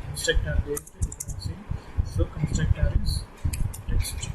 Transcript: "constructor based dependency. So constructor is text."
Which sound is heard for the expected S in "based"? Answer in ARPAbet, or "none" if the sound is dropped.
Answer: none